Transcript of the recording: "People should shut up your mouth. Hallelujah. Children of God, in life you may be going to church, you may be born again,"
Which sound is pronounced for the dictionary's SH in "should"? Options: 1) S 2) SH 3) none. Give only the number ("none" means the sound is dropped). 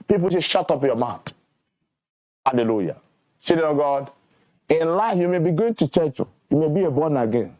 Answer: 1